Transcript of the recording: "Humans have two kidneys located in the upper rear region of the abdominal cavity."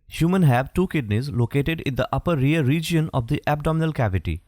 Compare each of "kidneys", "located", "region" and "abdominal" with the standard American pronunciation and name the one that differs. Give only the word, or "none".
none